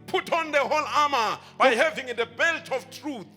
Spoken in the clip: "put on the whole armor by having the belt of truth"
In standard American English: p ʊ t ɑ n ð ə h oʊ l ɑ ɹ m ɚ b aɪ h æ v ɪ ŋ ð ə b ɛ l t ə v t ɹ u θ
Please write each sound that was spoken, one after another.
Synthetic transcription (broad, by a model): p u t ɑ n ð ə h oʊ l ɑ m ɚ b aɪ h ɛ v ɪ ŋ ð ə b ɛ l t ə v t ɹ u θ